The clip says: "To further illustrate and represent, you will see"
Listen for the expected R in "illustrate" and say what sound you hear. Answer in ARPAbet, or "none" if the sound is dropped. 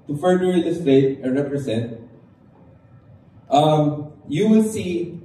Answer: none